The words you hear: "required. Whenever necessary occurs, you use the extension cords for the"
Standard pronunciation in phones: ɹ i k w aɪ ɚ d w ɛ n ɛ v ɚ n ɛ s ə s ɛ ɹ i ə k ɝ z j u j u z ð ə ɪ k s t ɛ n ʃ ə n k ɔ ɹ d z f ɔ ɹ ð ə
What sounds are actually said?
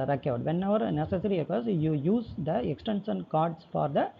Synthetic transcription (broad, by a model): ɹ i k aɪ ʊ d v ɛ n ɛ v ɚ n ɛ s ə s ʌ ɹ i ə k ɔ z j u j u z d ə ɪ k s t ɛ n s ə n k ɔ ɹ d s f ɔ ɹ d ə